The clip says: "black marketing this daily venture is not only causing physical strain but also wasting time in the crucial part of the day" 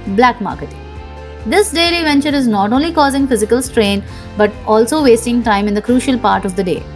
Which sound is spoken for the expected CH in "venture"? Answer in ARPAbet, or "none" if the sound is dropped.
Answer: CH